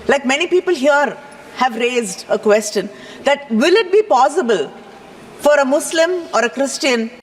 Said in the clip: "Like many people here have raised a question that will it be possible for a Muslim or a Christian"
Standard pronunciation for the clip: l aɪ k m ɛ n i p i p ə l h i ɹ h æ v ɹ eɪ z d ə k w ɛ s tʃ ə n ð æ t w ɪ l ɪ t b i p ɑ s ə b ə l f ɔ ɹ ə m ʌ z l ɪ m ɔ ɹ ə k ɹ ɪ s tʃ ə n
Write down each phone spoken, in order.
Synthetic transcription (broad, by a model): l aɪ k m ɛ n i p i p ə l h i ɹ h æ v ɹ eɪ z d ə k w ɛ s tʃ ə n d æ t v ɪ l ɪ t b i p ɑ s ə b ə l f ɔ ɹ ə m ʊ s l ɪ m ɔ ɹ ə k ɹ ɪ s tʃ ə n